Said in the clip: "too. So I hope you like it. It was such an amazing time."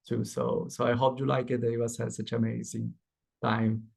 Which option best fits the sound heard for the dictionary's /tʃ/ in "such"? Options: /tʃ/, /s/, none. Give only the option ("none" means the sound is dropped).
/s/